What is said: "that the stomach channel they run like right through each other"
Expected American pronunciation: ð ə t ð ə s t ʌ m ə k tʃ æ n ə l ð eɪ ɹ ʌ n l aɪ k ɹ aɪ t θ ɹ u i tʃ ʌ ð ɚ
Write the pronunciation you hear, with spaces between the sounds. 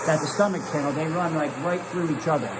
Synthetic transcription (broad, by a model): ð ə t ð ə s t ʌ m ə k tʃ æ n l ð eɪ ɹ ʌ n l aɪ k ɹ aɪ t θ ɹ u i tʃ ʌ ð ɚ